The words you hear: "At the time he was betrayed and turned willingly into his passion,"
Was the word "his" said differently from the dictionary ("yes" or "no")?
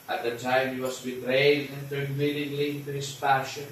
yes